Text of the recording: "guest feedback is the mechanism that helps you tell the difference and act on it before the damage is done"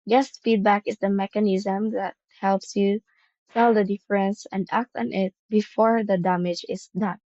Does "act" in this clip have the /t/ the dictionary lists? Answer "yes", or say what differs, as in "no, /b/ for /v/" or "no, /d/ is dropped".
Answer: yes